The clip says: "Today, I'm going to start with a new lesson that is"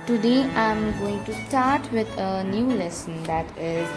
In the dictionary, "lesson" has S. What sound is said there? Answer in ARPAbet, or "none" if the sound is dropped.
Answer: S